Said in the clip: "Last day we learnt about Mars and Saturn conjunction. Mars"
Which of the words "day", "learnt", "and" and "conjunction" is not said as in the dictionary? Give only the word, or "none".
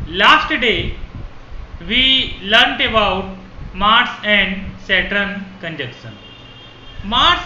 conjunction